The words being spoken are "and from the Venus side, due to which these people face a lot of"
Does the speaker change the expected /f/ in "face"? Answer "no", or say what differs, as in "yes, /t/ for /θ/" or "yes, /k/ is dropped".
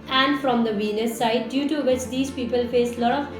no